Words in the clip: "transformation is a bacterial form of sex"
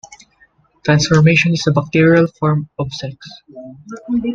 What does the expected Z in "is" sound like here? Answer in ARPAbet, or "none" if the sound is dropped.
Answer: S